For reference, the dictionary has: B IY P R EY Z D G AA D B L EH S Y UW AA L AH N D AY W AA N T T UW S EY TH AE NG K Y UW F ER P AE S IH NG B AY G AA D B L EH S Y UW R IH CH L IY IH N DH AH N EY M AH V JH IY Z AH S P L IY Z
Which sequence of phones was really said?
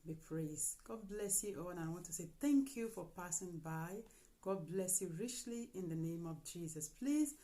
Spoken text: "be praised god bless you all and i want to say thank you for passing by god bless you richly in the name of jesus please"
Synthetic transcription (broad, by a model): B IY P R EY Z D G AA D B L EH S Y UW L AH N AY W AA N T T UW S EY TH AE NG K Y UW F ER P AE S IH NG B AY G AA D B L EH S Y UW R IH CH L IY IH N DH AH N EY M AH V JH IY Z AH S P L IY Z